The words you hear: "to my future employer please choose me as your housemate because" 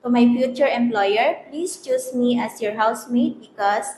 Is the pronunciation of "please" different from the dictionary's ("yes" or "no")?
yes